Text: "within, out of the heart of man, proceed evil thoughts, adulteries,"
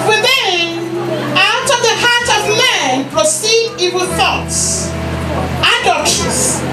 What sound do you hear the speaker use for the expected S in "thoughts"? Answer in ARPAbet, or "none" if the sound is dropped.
S